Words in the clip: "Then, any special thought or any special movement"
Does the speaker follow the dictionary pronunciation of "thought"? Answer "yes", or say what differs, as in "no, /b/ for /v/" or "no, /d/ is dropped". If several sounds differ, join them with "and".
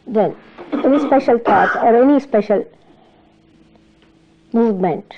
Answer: no, /t/ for /θ/